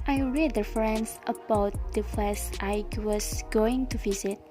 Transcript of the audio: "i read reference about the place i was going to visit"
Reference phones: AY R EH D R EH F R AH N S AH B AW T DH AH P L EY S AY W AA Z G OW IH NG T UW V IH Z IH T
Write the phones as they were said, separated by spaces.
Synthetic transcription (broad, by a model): AY R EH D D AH F R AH N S AH B AW T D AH F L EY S AY W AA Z G OW IH NG T UW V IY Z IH T